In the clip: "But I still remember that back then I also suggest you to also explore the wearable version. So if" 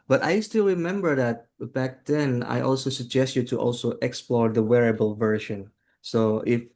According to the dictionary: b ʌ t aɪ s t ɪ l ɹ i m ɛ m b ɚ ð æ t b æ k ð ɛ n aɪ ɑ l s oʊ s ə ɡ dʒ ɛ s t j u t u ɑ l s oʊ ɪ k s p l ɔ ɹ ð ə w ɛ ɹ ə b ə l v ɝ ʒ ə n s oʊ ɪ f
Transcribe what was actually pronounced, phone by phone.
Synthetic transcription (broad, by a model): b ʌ t aɪ s t ɪ l ɹ i m ɛ m b ɚ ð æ t b æ k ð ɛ n aɪ ɑ l s oʊ s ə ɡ dʒ ɛ s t j u t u ɑ l s oʊ ɪ k s p l ɔ ɹ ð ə w ɛ ɹ ə b ə l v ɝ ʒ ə n s oʊ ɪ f